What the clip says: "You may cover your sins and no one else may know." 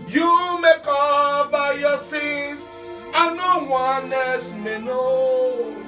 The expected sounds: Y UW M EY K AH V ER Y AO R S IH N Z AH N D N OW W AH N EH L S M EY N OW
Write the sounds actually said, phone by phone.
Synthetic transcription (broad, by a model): Y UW M EY K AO B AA Y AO S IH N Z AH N N OW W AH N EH S M EY N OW